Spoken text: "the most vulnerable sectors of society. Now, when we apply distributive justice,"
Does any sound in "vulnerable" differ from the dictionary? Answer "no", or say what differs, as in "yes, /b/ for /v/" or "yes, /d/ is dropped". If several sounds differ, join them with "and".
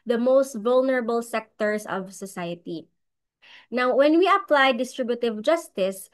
no